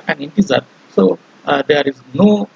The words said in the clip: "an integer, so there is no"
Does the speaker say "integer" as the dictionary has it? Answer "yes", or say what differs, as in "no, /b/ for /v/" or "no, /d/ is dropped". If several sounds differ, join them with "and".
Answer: no, /z/ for /dʒ/